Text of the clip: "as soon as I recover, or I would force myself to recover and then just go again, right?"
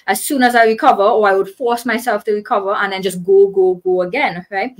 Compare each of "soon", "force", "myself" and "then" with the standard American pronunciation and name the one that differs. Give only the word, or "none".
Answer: none